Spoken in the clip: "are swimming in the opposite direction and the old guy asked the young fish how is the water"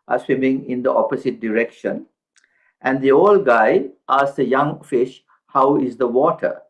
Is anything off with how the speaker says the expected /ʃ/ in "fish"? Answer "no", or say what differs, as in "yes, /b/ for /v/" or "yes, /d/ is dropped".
no